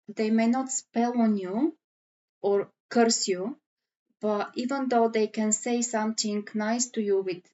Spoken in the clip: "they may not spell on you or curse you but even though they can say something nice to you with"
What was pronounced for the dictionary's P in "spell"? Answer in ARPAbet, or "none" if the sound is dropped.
P